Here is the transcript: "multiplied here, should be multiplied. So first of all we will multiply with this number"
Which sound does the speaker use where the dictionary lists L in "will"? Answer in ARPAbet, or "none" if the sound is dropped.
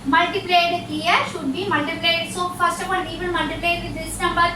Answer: N